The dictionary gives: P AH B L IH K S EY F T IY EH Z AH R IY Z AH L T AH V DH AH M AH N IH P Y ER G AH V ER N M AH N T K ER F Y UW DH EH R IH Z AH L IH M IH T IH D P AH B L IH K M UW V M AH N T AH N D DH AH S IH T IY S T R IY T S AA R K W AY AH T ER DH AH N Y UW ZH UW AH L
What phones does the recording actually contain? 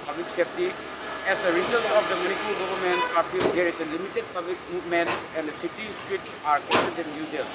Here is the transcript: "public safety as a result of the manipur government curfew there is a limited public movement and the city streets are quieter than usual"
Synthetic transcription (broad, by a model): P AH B L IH K S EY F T IY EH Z AH R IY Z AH L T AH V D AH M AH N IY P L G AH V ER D M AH N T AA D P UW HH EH R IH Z AH L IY M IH T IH D P AH B L IH K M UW M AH N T AH N D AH S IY T IY S T R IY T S AA R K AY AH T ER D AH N Y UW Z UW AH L